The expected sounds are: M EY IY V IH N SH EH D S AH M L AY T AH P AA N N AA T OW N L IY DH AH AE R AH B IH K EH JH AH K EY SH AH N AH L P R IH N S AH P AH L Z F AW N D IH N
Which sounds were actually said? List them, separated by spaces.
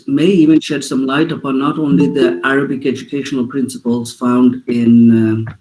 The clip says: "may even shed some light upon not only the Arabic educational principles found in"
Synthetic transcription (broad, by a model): M EY IY V IH N SH EH D S AH M L AY T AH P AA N N AA T OW N L IY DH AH AE R AH B IH K EH JH AH K EY SH AH N AH L P R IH N S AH P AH L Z F AW N D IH N